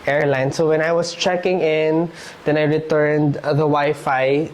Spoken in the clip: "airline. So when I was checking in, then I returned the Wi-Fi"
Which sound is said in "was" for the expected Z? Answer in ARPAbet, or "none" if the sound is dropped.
S